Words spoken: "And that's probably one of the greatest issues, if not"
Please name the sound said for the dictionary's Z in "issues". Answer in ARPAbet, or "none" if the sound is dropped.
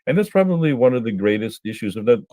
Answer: Z